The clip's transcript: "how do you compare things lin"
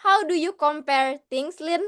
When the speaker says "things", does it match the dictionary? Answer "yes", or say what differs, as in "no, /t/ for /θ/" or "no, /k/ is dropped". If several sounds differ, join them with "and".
no, /t/ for /θ/ and /s/ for /z/